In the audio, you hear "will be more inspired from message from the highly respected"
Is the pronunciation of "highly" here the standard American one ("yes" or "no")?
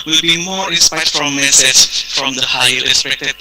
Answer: no